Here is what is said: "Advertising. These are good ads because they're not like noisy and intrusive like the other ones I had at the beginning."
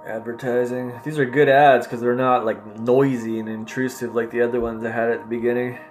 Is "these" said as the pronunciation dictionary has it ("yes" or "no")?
yes